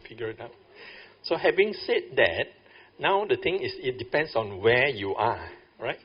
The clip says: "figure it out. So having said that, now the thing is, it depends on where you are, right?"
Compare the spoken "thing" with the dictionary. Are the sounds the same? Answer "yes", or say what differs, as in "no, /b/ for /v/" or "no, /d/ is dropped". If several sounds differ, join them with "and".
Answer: no, /t/ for /θ/